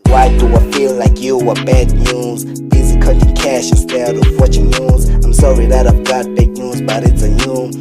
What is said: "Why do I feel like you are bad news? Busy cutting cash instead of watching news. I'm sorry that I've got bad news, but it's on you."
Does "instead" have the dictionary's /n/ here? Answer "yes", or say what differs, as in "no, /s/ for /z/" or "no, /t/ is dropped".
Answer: no, /n/ is dropped